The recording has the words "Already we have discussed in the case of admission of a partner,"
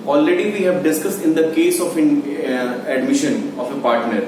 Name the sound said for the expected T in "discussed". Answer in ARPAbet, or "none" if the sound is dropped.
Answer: T